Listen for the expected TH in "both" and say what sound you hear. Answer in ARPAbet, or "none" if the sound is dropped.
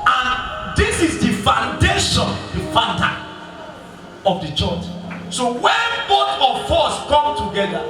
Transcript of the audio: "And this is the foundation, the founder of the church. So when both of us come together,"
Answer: T